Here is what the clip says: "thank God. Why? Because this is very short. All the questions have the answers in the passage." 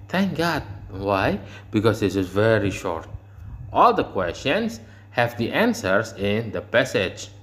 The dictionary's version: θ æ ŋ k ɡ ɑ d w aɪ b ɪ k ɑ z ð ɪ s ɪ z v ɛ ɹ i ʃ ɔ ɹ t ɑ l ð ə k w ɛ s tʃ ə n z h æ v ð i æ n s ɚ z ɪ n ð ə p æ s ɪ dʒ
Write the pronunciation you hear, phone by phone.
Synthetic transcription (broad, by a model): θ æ ŋ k ɡ ɑ d w aɪ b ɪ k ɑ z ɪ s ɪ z v ɛ ɹ i ʃ ɔ ɹ t ɑ l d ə k w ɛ s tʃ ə n s h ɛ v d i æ n s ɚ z ɪ n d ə p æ s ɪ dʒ